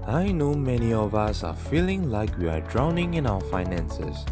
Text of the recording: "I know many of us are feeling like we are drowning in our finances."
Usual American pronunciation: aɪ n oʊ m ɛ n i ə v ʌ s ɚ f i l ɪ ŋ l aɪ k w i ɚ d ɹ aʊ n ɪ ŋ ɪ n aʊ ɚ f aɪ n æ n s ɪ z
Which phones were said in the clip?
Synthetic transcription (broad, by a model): aɪ n oʊ m ɛ n i ə v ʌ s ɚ f i l ɪ ŋ l aɪ k w i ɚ d ɹ aʊ n ɪ ŋ ɪ n aʊ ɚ f aɪ n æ n s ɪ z